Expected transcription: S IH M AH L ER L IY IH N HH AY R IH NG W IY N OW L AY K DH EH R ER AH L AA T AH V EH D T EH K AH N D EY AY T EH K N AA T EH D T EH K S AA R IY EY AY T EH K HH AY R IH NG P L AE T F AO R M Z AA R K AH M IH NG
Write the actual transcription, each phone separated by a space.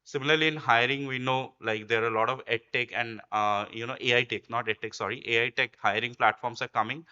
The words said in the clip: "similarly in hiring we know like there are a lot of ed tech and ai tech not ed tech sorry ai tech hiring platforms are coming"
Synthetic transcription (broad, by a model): S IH M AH L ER L IY IH N HH AY R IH NG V IY N OW L AY K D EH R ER AH L AA T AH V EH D T EH K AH N D EY AY T EH K N AA T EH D T EH K S AA R IY EY AY T EH K HH AY R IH NG P L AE T F AO R M S AA R K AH M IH NG